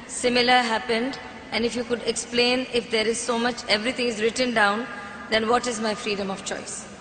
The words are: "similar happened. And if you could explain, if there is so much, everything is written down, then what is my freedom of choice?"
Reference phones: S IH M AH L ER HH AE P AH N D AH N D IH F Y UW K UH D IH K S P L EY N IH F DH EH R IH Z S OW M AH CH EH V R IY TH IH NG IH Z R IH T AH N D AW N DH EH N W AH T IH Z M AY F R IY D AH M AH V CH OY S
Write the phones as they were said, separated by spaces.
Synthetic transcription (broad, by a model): S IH M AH L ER HH AE P AH N D AH N D IH F Y UW K UH D IH K S P L EY N IH F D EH R IH Z S OW M AH CH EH V R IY T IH NG IH Z R IH T AH N D AW N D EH N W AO T IH Z M AY F R IY D AH M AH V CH OY S